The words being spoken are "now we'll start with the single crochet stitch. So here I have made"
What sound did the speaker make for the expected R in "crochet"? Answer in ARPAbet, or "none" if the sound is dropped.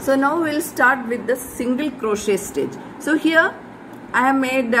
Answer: R